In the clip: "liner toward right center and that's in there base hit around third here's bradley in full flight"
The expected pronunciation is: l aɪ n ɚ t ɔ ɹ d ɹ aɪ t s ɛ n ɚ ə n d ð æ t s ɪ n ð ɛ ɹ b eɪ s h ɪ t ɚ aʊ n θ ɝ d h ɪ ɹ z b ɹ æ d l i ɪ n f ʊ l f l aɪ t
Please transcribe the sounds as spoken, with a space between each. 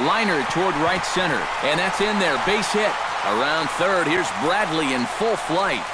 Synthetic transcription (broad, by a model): l aɪ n ɚ t ɔ ɹ d ɹ aɪ t s ɛ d ɚ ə n ð æ t s ɪ n ð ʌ ɹ b eɪ s h ɪ t ɚ aʊ n θ ɝ d h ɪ ɹ z b ɹ æ d l i ɪ n f ʊ l f l aɪ t